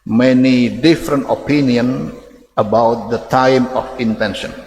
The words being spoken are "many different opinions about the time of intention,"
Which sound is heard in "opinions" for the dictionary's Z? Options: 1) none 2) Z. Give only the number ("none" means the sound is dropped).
1